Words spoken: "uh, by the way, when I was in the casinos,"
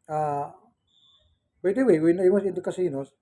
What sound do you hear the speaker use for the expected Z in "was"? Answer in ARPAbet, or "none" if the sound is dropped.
S